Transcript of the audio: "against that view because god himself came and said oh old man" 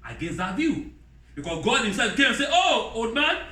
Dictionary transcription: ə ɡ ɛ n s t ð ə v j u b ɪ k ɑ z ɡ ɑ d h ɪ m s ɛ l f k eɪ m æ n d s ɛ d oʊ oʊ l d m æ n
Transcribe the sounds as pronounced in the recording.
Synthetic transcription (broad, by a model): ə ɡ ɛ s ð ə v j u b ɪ k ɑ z ɡ ɑ d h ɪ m s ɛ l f k eɪ m s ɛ oʊ oʊ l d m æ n